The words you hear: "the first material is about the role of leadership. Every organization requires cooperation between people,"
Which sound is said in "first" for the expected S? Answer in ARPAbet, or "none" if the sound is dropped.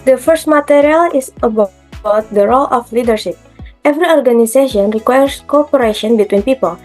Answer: S